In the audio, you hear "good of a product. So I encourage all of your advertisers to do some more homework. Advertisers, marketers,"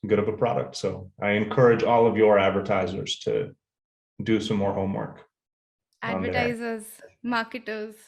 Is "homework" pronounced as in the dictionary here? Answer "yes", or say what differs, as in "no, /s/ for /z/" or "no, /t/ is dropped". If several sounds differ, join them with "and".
yes